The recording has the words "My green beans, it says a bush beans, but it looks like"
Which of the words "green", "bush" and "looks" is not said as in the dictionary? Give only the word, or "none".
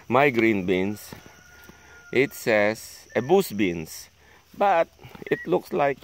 bush